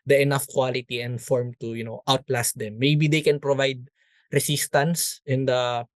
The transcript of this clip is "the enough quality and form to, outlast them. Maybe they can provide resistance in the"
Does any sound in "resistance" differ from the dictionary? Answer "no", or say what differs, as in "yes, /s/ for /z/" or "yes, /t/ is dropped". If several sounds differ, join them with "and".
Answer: yes, /s/ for /z/